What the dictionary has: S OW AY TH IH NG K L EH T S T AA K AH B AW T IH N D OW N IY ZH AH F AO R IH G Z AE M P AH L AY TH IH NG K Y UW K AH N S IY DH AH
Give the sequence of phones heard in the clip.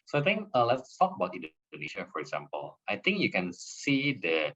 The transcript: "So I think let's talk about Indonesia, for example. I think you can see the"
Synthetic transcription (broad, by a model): S OW AY T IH NG K L EH T S T AA K AH B AW T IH N D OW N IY SH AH F AO R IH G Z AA M P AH L AY T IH NG K Y UW K AH N S IY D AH